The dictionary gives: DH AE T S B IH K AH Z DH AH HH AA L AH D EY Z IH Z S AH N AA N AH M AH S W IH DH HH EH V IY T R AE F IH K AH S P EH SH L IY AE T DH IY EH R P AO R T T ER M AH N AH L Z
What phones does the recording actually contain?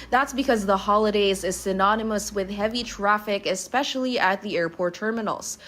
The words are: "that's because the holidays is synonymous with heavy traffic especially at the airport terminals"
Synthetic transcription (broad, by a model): DH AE T S B IH K AH Z DH AH HH AA L AH D EY Z IH Z S AH N AA N AH M AH S W IH DH HH EH V IY T R AE F IH K AH S P EH SH L IY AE T DH IY EH R P AO R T T ER M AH N L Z